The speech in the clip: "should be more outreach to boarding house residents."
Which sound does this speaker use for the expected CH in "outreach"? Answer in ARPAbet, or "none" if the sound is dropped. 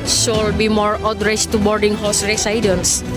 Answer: S